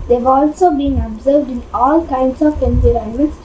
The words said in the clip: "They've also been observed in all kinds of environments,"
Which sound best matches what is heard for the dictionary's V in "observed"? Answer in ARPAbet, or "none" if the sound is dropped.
V